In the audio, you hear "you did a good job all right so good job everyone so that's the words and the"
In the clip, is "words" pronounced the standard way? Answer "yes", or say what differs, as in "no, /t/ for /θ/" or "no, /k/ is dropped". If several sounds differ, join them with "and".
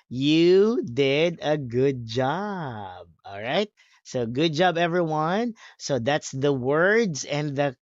yes